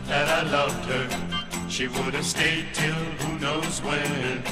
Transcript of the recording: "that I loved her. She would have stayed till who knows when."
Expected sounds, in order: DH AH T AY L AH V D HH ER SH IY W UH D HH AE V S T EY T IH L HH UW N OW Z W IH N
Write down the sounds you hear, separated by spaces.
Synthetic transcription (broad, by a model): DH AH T AY L AH V D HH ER SH IY W UH D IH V S T EY T IH L HH UW N OW Z W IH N